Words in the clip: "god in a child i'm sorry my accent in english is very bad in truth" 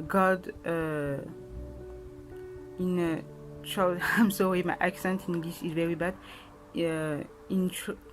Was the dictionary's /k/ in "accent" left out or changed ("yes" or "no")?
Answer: no